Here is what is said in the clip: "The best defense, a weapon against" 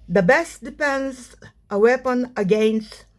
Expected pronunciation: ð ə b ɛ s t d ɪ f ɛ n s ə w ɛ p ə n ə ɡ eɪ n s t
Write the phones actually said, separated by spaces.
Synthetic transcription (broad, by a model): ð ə b ɛ s t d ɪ p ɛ n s ə w ɛ p ə n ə ɡ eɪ n s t